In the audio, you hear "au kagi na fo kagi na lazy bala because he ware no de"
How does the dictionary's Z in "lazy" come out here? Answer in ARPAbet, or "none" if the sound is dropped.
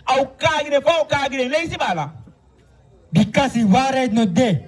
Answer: S